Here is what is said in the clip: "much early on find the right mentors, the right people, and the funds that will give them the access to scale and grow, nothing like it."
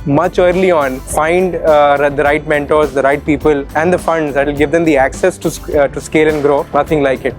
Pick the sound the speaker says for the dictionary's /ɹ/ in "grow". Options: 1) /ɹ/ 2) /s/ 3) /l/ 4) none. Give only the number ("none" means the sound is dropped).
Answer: 1